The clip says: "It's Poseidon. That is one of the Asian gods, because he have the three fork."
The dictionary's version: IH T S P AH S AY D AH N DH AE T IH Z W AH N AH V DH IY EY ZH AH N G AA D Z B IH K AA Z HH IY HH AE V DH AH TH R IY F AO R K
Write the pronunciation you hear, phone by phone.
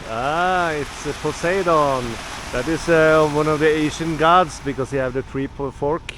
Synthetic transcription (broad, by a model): IH T S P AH S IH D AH N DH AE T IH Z W AH N AH V DH IY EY SH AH N G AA D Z B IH K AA S HH IY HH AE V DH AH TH R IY F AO R K